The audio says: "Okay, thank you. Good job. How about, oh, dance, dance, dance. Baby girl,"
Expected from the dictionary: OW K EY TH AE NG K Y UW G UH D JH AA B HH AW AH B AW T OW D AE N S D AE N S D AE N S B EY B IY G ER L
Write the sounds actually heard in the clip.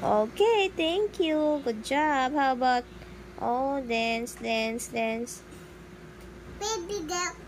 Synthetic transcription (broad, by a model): OW K EY T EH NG K Y UW G UH D JH AA B HH AW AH B AW T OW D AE N S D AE N S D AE N S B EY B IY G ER